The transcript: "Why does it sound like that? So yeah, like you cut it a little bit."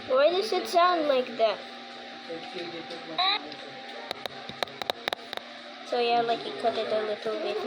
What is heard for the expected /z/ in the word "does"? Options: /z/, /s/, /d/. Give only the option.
/s/